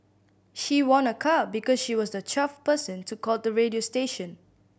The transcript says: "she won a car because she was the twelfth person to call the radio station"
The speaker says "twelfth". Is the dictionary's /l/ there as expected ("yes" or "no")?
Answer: no